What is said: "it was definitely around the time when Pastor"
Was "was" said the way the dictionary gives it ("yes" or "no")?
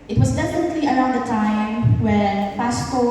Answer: yes